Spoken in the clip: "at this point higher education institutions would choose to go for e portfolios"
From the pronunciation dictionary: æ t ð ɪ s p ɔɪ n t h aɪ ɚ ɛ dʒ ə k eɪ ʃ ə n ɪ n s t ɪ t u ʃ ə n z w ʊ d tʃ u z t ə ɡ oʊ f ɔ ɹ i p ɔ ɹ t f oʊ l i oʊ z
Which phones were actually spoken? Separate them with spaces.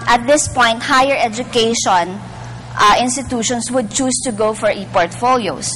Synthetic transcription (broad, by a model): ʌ t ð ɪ s p ɔɪ n t h aɪ ɚ ɛ dʒ ə k eɪ ʃ ə n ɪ n s t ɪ t u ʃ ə n s w ʊ d tʃ u s t ə ɡ oʊ f ɔ ɹ i p ɔ ɹ t f oʊ l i oʊ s